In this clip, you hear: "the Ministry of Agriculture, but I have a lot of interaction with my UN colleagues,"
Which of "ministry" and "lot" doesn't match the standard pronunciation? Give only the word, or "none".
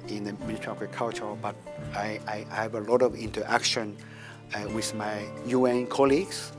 ministry